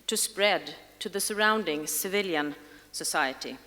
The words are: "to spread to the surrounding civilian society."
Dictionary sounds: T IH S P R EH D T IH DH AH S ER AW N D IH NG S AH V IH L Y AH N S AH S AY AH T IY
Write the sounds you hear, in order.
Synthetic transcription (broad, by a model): T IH S P R EH D T IH DH AH S ER AW N D IH NG S AH V IH L Y AH N S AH S AY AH T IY